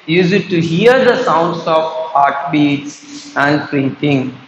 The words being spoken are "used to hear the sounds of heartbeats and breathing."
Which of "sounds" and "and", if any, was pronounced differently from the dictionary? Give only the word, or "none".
sounds